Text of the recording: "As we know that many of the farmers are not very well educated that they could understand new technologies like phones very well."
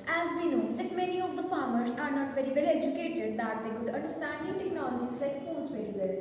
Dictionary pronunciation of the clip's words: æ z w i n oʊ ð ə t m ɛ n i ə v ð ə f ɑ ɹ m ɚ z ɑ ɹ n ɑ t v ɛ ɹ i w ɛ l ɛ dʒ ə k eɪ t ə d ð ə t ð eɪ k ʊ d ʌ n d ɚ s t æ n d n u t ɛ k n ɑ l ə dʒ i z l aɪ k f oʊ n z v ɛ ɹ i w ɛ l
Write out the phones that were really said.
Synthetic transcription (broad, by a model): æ z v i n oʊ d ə t m ɛ n i ə v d ə f ɑ ɹ m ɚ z ɑ ɹ n ɑ t v ɛ ɹ i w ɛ l ɛ dʒ ə k eɪ t ə d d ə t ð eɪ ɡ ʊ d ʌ n d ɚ s t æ n d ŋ t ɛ k n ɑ l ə dʒ i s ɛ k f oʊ z v ɛ ɹ i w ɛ l